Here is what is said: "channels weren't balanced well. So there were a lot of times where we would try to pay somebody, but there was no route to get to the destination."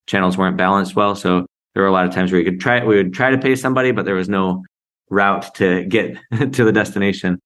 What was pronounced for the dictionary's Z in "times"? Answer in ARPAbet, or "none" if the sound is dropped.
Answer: Z